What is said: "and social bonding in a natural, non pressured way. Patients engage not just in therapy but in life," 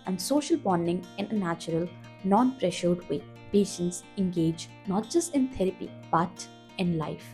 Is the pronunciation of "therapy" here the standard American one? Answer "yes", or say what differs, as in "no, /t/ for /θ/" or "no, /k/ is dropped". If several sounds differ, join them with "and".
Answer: no, /t/ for /θ/